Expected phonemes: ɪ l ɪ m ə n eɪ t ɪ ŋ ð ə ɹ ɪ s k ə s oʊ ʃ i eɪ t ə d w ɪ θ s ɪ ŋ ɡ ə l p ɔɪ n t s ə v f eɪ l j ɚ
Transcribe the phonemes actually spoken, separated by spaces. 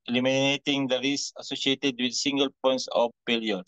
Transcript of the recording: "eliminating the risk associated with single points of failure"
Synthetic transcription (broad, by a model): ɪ l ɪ m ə n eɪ t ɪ ŋ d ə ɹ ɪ s ə s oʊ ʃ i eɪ t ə d w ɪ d s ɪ ŋ ɡ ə l p ɔɪ n t s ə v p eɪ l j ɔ